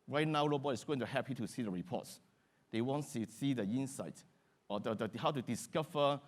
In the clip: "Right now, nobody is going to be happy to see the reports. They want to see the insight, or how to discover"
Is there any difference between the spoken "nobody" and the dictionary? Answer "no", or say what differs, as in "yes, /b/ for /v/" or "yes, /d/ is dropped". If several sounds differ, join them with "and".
yes, /l/ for /n/